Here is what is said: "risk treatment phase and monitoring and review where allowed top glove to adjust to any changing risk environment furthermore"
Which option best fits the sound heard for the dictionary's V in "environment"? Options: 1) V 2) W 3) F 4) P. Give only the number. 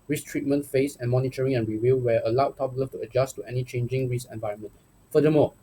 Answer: 1